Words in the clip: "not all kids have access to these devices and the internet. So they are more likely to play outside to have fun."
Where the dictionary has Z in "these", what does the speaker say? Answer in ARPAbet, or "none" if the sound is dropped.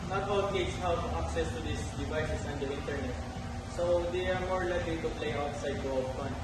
S